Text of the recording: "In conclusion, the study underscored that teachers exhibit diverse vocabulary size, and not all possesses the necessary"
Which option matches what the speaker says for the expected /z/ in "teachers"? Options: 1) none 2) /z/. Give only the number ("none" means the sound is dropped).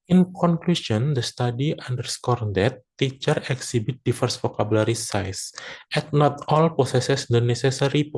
1